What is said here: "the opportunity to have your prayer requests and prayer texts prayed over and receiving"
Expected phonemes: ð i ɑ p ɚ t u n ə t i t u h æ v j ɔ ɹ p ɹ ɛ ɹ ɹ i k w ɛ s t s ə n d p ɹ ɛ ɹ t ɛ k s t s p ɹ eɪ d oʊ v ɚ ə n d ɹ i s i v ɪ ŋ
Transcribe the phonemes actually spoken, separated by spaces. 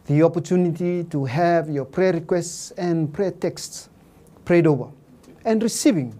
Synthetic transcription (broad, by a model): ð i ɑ p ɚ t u n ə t i t u h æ v j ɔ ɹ p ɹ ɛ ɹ ɹ i k w ɛ s t s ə n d p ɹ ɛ t ɛ k s t s p ɹ eɪ d oʊ v ɚ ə n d ɹ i s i v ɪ ŋ